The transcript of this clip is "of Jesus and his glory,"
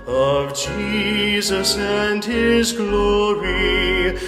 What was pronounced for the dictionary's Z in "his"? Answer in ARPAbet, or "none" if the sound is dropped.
Z